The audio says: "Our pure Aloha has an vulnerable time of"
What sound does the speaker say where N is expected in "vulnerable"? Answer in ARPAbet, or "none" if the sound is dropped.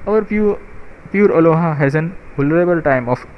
none